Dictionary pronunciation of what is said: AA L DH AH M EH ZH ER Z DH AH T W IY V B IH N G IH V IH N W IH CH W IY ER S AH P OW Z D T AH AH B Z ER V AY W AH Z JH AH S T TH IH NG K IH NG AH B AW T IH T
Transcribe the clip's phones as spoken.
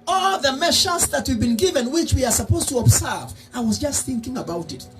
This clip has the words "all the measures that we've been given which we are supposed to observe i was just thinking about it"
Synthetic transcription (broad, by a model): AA L DH AH M EH SH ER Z DH AH T W IY V B IH N G IH V IH N W IH CH W IY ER S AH P OW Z T AH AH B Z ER V AY W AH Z JH AH S T TH IH NG K IH NG AH B AW T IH T